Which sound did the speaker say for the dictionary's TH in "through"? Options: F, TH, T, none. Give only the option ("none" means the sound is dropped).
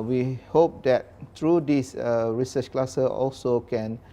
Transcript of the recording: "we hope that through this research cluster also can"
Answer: T